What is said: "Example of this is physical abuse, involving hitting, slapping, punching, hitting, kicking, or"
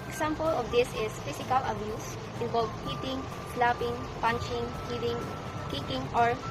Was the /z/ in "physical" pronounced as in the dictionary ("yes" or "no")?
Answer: no